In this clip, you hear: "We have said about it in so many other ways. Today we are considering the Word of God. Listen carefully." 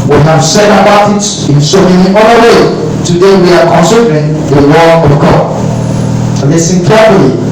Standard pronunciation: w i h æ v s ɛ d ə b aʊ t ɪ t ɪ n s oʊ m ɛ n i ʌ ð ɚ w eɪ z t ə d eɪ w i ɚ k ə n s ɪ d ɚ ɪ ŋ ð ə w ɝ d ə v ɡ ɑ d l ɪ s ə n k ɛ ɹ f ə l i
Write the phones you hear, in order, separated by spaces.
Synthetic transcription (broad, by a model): w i h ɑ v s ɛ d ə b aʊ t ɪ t ɪ n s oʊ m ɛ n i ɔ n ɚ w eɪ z t ə d eɪ w i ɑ k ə n s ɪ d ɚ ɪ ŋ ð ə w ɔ ə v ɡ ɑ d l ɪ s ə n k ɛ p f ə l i